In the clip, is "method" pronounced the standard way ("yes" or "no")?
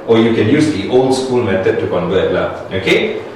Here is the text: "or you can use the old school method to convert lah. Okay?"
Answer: no